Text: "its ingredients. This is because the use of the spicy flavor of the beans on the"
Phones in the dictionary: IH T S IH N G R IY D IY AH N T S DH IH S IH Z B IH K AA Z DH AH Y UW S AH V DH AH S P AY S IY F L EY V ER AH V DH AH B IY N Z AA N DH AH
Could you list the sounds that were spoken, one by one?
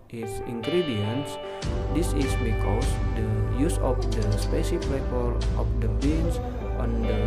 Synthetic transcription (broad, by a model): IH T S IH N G R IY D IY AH N S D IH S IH S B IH K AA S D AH Y UW S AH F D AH S P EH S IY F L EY P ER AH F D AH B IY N S AA N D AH